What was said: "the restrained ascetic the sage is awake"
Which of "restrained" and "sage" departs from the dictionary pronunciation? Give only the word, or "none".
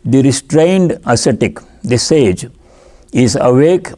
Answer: none